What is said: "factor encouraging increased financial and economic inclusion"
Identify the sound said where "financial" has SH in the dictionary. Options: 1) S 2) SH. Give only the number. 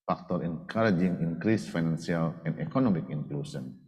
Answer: 1